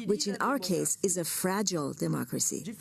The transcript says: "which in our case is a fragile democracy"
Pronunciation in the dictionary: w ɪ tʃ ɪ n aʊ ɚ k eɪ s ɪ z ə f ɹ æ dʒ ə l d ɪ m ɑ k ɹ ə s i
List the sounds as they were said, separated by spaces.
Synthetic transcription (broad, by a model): w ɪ tʃ ɪ n aʊ ɚ k eɪ s ɪ z ə f ɹ æ dʒ ə l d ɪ m ɑ k ɹ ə s i